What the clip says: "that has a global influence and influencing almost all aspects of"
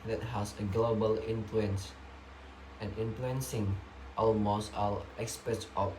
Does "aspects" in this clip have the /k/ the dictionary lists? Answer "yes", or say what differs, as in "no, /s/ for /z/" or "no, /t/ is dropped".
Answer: no, /k/ is dropped